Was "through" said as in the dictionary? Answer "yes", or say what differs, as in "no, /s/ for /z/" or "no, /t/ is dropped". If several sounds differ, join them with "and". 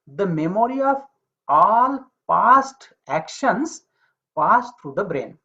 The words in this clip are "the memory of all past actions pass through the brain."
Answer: no, /t/ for /θ/